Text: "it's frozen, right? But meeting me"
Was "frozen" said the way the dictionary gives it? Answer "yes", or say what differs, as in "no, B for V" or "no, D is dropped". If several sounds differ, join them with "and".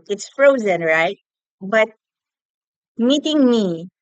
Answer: yes